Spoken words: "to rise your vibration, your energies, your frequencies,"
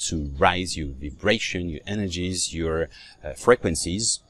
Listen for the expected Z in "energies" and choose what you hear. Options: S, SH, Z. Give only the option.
Z